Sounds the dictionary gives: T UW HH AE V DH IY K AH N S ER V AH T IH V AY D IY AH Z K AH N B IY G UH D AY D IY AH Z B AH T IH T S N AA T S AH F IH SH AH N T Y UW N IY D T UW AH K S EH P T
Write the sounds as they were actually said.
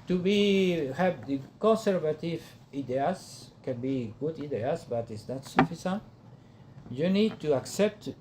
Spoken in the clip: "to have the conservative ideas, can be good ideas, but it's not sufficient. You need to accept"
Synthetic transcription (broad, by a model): T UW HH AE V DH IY K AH N S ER V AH T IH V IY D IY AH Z K AH N B IY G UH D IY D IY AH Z B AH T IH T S N AA T S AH F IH S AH N T Y UW N IY D T UW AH K S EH P T